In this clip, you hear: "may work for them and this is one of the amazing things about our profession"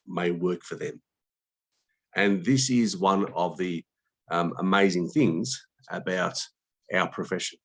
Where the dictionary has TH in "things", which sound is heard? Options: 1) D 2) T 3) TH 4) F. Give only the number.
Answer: 3